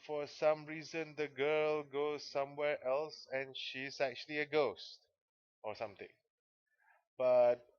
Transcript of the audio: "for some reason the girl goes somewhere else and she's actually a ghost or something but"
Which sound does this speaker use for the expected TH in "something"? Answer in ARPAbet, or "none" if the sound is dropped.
T